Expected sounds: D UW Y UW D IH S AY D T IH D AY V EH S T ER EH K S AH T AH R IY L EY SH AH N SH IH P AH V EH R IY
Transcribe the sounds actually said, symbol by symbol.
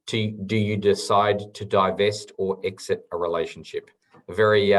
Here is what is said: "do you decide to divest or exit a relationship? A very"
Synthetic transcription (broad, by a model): D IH Y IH D IH S AY D T IH D AY V EH S T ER EH K S AH T AH R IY L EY SH N SH IH P V EH R IY